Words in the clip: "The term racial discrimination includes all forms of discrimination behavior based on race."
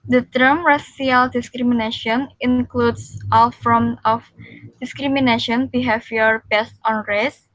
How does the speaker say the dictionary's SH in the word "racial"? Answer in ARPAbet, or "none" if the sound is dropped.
S